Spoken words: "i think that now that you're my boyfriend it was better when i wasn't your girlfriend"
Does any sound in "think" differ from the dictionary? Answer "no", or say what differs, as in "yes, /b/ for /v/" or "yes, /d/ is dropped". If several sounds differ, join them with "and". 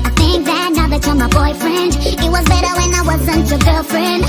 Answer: no